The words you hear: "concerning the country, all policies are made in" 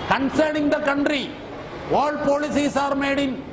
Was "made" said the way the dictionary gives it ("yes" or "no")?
yes